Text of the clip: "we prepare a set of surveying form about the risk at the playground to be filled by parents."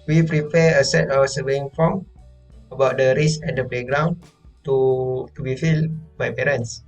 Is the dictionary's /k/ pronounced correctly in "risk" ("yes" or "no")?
no